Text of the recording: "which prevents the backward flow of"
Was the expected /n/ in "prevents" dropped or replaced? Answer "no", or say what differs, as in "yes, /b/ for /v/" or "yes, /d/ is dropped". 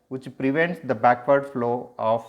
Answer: no